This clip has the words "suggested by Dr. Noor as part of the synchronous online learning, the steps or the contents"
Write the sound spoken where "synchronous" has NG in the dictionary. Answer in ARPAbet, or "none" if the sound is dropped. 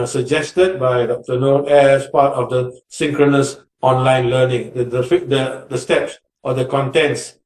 NG